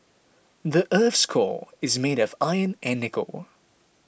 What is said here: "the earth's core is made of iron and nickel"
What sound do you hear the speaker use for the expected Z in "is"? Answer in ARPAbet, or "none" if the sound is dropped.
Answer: Z